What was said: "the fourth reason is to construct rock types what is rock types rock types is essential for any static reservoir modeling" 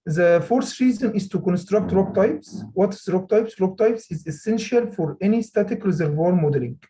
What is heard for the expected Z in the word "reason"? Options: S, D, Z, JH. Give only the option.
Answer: Z